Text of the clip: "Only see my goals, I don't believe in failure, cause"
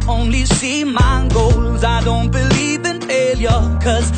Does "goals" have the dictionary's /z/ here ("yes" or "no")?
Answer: yes